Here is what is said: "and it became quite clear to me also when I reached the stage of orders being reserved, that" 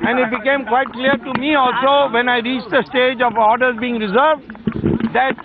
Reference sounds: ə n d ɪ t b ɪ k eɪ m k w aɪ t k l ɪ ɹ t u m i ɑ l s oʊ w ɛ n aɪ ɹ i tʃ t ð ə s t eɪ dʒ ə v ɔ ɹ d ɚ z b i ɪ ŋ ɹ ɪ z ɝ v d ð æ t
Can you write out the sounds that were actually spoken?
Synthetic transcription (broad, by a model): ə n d ɪ t b ɪ k eɪ m k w aɪ t k l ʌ ɹ t u m i ɑ l s oʊ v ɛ n aɪ ɹ i tʃ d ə s t eɪ dʒ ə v ɔ ɹ d ɚ z b i ɪ ŋ ɹ ɪ z ɝ v d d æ t